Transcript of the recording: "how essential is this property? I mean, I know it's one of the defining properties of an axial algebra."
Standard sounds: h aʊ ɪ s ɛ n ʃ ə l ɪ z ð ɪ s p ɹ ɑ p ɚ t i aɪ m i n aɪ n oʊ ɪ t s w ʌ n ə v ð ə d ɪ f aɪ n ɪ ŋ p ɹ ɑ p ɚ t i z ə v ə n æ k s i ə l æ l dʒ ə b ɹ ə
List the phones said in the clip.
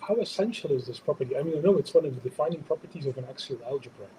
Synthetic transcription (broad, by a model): h aʊ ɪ s ɛ n ʃ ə l ɪ z ð ɪ s p ɹ ɑ p ɚ t i aɪ m i n aɪ n oʊ ɪ t s w ʌ n ə v ð ə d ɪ f aɪ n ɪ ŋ p ɹ ɑ p ɚ t i z ə v ə n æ k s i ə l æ l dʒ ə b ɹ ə